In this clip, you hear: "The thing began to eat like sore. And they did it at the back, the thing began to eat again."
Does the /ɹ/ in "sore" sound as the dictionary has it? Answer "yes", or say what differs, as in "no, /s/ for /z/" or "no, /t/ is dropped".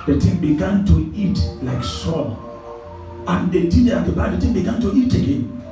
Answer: no, /l/ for /ɹ/